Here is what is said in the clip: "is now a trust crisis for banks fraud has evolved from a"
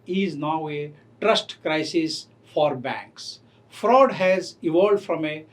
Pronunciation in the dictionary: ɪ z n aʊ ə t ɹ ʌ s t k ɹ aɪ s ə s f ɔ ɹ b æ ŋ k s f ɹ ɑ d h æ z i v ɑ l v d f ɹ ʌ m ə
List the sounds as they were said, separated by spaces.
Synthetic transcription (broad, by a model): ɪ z n aʊ ə t ɹ ʌ s t k ɹ aɪ s ə s f ɔ ɹ b æ ŋ k s f ɹ ɑ d h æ z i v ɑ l d f ɹ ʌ m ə